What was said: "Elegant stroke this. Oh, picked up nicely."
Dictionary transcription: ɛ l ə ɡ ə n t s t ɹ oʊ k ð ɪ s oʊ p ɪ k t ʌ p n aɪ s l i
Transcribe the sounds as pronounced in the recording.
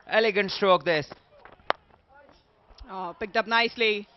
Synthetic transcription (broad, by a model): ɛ l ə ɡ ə n t s t ɹ oʊ k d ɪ s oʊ p ɪ k t ʌ p n aɪ s l i